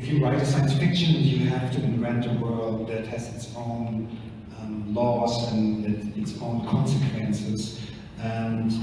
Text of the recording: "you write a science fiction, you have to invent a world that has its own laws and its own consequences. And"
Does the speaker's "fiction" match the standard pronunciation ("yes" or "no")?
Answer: yes